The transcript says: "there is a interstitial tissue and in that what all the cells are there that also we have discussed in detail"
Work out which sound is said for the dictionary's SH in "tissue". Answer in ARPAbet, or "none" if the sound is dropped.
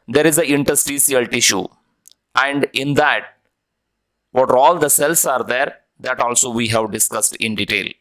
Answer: SH